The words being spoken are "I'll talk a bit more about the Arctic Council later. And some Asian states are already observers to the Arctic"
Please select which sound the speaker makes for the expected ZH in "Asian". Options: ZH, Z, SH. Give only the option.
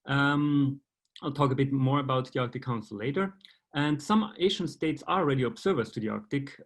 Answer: SH